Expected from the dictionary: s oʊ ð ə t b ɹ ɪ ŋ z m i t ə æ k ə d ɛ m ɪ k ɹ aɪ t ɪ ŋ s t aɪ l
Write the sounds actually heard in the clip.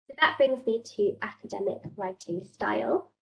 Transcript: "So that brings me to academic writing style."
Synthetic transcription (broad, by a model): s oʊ ð ə t b ɹ ɪ ŋ z m i t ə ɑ k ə d ɛ m ɪ k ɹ aɪ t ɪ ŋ s t aɪ l